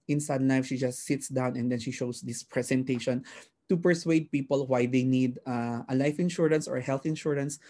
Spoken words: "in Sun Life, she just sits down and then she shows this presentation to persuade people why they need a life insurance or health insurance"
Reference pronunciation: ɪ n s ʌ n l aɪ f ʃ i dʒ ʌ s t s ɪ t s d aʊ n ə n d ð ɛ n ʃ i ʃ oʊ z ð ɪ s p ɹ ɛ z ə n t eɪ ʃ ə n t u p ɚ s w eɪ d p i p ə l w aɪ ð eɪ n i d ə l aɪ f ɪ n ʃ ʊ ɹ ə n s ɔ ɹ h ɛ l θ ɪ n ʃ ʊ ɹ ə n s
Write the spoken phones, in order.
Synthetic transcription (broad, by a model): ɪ n s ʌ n l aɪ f ʃ i dʒ ʌ s t s ɪ t s d aʊ n ə n d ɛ n ʃ i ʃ oʊ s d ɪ s p ɹ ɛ s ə n t eɪ ʃ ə n t u p ɚ s w eɪ d p i p ə l w aɪ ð eɪ n i d ə l aɪ f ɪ n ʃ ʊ ɹ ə n s ɔ ɹ h ɛ l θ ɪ n ʃ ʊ ɹ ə n s